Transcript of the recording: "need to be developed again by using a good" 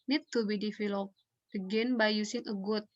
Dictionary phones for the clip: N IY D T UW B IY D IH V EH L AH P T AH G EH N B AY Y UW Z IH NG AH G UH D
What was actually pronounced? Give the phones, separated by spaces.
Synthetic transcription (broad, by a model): N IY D T UW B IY D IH F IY L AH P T AH G EH N B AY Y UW S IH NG AH G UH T